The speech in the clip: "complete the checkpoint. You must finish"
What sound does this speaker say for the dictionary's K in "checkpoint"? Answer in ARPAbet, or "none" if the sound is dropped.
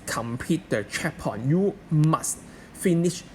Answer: none